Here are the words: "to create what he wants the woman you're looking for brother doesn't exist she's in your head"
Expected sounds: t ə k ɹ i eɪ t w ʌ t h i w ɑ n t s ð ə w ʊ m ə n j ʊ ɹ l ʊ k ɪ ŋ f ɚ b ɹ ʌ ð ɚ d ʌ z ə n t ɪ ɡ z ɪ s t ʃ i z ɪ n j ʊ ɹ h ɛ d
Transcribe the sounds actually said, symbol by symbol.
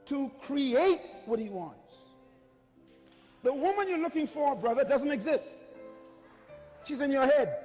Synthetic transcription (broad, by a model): t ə k ɹ i eɪ t w ʌ t h i w ɑ n t s ð ə w ʊ m ə n j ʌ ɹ l ʊ k ɪ ŋ f ɚ b ɹ ʌ ð ɚ d ʌ z ə n t ɪ ɡ z ɪ s t ʃ i z ɪ n j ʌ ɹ h ɛ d